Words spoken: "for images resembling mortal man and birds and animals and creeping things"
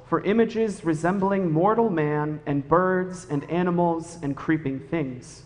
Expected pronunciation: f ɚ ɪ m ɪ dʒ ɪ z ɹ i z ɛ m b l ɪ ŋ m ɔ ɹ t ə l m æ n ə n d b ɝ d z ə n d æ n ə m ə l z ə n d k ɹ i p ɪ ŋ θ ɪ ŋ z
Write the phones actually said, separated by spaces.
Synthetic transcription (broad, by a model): f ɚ ɪ m ɪ dʒ ɪ z ɹ i z ɛ m b l ɪ ŋ m ɔ ɹ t l m æ n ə n b ɝ d z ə n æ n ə m l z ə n k ɹ i p ɪ ŋ θ ɪ ŋ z